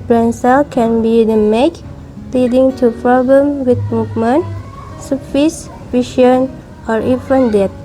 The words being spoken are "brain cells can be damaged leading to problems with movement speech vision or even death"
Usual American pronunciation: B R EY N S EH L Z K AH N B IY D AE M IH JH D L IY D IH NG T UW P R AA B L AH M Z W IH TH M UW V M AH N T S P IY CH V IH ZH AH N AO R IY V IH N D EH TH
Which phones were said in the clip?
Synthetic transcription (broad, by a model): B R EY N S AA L K AH N B IY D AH M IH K L IY D IH NG T UW P R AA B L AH M W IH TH M UW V M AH N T S F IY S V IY SH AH N AO R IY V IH N D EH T